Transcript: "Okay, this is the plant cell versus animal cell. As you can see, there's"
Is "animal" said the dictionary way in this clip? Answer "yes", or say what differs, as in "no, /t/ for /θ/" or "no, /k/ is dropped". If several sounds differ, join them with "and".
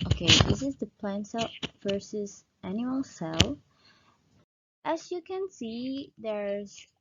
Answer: no, /m/ is dropped